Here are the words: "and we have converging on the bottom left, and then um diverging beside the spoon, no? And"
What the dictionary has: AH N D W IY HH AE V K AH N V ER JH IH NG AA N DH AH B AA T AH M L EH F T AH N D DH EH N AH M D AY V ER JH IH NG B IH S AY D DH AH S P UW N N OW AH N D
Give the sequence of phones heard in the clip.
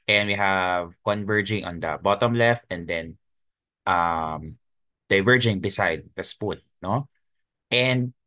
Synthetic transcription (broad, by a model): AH N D W IY HH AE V K AH N V ER JH IH NG AA N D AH B AA T AH M L EH F T AH N D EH N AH M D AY V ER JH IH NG B IH S AY D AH S P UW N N OW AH N D